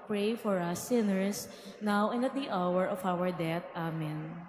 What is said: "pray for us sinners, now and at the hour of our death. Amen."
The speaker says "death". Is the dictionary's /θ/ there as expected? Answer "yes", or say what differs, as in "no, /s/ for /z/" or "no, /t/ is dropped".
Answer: no, /t/ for /θ/